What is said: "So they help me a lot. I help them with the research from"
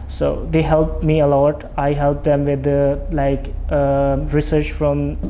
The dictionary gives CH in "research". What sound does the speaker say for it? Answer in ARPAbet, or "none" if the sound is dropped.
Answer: CH